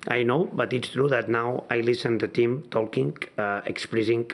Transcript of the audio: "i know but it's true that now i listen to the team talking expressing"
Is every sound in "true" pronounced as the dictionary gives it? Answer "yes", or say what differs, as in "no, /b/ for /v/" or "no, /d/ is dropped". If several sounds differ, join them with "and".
yes